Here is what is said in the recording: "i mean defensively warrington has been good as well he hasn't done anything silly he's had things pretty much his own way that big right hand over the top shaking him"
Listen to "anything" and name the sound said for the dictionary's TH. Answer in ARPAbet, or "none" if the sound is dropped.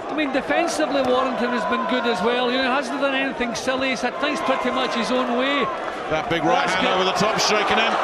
TH